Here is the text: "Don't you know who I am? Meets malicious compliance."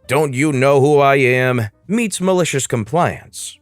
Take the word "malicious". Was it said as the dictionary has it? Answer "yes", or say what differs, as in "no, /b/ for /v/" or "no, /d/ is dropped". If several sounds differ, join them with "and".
yes